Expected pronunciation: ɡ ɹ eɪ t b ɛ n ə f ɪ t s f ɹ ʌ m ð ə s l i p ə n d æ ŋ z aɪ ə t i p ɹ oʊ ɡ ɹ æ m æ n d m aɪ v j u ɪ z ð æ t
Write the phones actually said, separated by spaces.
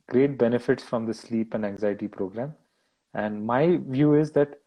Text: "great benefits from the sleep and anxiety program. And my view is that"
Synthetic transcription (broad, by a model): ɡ ɹ eɪ t b ɛ n ə f ɪ t s f ɹ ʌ m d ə s l i p ə n d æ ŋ z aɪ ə t i p ɹ oʊ ɡ ɹ æ m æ n d m aɪ v j u ɪ z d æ t